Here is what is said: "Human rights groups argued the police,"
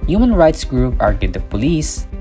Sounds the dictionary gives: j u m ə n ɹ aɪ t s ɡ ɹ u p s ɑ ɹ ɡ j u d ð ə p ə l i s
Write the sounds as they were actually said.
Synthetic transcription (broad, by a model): j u m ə n ɹ aɪ t s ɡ ɹ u p ɑ ɹ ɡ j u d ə p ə l i s